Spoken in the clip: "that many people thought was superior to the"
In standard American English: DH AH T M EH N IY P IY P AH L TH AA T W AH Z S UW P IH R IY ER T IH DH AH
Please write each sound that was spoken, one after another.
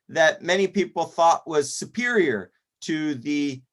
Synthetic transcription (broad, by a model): DH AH T M EH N IY P IY P L TH AA T W AH Z S UW P IH R IY ER T IH DH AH